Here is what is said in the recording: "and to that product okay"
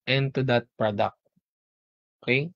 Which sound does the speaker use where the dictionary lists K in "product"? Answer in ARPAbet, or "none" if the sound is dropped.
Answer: K